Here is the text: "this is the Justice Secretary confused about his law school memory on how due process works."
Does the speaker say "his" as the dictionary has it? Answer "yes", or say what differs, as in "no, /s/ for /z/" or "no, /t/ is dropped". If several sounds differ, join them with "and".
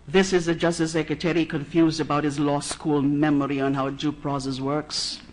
yes